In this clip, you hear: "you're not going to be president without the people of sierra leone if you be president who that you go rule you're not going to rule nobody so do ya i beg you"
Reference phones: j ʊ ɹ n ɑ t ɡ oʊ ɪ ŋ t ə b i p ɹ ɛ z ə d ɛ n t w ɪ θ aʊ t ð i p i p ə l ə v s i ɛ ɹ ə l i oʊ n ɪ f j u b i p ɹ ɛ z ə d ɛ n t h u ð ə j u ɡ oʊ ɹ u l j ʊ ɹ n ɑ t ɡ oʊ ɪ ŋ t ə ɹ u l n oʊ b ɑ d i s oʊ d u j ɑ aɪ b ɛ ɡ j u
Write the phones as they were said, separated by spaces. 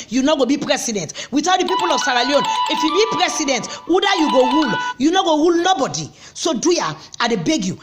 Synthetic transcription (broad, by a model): j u n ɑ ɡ oʊ b i p ɹ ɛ s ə d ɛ n t w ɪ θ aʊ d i p i p ə l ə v s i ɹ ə l i oʊ n ɪ f j u b i p ɹ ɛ s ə d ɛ n t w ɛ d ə j u ɡ oʊ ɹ u l j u n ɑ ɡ oʊ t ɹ u l n oʊ b ɑ d i s oʊ d u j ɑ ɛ b ɛ ɡ j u